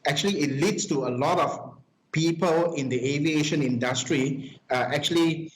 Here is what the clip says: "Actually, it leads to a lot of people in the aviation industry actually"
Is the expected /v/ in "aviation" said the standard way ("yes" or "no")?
yes